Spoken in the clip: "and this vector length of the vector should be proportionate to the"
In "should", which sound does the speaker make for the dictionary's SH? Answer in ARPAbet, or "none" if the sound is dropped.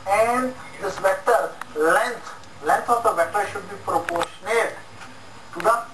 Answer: SH